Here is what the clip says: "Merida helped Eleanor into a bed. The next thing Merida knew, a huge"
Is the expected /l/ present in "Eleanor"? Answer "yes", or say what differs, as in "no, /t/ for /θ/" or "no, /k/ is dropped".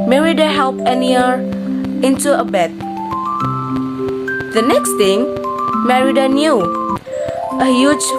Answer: no, /n/ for /l/